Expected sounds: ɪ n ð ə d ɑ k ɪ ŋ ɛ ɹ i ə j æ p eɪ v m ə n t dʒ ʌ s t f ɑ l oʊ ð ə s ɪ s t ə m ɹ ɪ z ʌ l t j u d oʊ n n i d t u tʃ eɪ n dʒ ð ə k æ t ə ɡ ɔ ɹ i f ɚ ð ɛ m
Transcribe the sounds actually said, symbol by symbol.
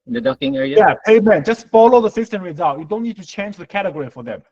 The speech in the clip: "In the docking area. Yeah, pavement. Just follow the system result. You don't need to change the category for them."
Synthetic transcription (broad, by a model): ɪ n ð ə d ɑ k ɪ ŋ ɛ ɹ i ə j æ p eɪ m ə n dʒ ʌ s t f ɑ l oʊ ð ə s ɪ s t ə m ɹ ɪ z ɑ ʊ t j u d oʊ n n i d t u tʃ eɪ n dʒ ð ə k æ t ə ɡ ɔ ɹ i f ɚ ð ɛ m